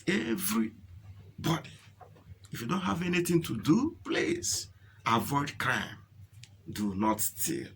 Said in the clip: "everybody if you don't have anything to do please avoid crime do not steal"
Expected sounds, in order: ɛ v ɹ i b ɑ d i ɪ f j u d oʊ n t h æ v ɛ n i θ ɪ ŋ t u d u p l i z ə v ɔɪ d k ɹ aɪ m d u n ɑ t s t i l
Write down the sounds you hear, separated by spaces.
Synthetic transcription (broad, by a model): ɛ v ɹ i b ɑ d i ɪ f j u d oʊ n t h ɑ v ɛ n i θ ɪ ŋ t u d u p l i s ə v ɔɪ d k ɹ aɪ m d u n ɑ t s t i l